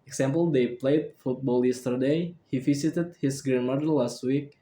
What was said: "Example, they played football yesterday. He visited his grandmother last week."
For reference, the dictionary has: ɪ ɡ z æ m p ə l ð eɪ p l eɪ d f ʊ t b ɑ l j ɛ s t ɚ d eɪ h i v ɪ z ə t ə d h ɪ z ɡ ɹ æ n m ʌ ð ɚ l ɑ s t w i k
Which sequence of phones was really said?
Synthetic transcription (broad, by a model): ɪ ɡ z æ m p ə l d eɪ p l eɪ d f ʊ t b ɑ l j ɛ s t ɚ d eɪ h i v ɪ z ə t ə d h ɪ s ɡ ɹ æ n m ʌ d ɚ l ɑ s t w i k